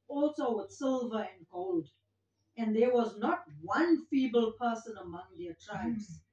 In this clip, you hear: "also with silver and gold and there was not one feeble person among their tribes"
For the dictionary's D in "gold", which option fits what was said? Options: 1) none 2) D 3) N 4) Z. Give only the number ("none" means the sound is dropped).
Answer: 2